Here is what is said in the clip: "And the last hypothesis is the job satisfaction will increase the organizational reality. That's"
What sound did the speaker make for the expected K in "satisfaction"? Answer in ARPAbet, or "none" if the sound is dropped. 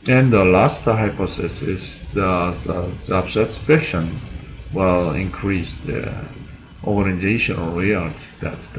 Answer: none